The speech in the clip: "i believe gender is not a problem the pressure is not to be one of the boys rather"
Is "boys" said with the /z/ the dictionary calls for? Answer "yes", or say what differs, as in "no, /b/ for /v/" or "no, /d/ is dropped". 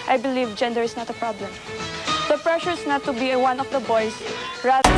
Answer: no, /s/ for /z/